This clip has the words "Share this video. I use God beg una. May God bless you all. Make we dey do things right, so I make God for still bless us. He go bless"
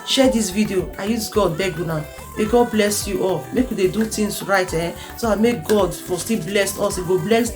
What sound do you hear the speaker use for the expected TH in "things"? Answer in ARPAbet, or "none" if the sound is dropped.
T